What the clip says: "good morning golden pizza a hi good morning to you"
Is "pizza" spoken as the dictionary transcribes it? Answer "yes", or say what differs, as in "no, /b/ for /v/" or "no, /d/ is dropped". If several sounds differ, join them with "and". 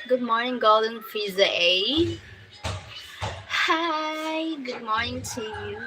no, /f/ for /p/